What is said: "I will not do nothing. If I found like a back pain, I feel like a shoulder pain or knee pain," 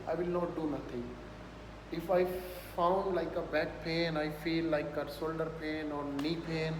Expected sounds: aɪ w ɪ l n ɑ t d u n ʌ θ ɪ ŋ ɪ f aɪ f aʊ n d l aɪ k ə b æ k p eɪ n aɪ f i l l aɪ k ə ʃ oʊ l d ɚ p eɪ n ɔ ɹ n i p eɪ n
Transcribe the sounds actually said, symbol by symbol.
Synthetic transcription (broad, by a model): aɪ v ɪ l n ɑ t d u n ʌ t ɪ ŋ ɪ f aɪ f aʊ n d l aɪ k ə b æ k p eɪ n aɪ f i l l aɪ k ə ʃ oʊ l d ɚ p eɪ n ɔ ɹ n i p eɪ n